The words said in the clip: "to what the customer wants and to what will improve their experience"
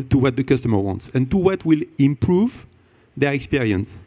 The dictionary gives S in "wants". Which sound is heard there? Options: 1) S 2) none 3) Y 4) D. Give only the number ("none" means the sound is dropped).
1